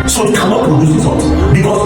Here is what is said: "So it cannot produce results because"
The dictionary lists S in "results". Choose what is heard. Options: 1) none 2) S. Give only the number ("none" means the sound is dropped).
1